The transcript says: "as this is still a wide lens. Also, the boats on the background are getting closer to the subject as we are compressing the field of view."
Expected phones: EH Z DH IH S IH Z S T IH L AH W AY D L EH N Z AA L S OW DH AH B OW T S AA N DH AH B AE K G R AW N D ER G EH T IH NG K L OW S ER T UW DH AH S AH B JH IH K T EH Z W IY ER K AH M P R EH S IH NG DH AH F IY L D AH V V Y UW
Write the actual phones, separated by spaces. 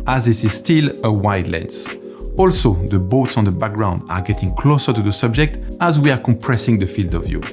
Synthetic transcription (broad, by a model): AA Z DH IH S IH Z S T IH L AH W AY D L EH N S AA L S OW DH AH B OW T S AA N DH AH B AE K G R AW N D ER G EH T IH NG K L OW S ER T UW DH AH S AH B JH IH K T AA Z W IY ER K AH M P R EH S IH NG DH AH F IY L D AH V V Y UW